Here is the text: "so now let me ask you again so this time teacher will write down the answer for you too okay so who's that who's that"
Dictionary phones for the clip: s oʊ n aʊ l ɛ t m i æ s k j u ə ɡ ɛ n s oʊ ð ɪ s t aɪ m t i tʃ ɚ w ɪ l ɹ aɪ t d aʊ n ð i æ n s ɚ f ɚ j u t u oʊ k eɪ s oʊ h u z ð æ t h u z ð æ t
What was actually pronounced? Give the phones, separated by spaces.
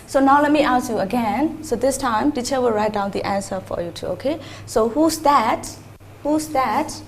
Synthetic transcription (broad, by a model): s oʊ n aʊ l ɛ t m i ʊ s j u ə ɡ ɛ n s oʊ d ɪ s t aɪ m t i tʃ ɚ w ɪ l ɹ aɪ t d aʊ n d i æ n s ɚ f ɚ j u t u oʊ k eɪ s oʊ h u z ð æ t h u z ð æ t